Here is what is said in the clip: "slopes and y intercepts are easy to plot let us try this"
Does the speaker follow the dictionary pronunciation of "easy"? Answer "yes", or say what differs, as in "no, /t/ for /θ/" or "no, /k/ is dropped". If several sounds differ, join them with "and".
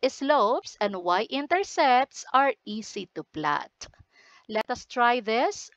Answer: no, /s/ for /z/